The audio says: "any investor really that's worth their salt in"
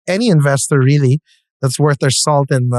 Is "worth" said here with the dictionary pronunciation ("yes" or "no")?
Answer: yes